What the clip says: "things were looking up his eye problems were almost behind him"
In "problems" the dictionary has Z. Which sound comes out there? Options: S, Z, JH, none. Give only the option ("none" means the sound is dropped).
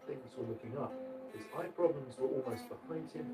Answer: Z